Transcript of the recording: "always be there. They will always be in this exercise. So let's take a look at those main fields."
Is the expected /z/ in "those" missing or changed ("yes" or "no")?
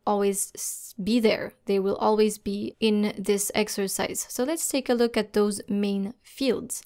no